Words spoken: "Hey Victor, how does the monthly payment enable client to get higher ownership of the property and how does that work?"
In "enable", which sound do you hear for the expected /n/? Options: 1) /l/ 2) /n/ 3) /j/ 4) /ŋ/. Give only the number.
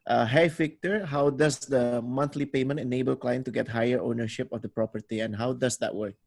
2